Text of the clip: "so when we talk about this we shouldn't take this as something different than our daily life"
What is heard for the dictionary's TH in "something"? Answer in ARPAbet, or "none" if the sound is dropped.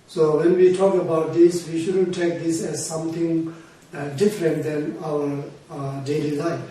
T